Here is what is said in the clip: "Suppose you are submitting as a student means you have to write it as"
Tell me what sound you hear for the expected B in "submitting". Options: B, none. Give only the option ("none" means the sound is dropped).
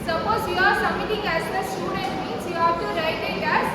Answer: none